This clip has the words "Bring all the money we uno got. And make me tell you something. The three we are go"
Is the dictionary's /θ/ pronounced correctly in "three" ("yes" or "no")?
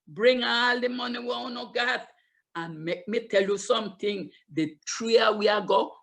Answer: no